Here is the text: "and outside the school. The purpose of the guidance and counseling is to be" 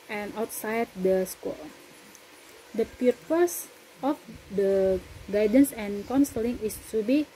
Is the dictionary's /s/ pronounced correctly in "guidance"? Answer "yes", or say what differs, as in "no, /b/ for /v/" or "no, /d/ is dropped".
yes